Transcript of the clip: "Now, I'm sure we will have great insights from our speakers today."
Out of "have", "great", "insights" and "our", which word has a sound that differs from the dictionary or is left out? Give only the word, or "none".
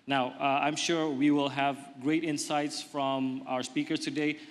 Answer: none